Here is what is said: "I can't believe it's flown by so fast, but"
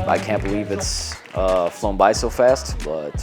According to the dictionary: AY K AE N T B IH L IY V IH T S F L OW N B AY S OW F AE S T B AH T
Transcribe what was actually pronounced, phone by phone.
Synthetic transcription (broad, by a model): AY K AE N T B IH L IY V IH T S F L OW N B AY S OW F AE S T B AH T